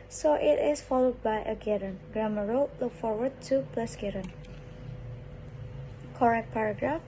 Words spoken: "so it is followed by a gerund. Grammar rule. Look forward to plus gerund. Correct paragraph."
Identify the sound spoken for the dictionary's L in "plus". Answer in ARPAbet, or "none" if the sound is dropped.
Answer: L